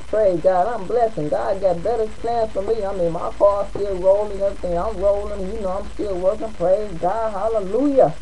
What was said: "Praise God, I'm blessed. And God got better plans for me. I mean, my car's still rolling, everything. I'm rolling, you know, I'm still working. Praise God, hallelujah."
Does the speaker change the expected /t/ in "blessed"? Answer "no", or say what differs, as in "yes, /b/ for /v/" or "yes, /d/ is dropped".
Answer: yes, /t/ is dropped